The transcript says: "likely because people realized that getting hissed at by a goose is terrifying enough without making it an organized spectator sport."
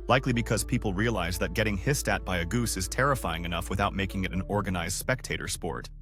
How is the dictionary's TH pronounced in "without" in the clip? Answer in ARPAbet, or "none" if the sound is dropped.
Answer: TH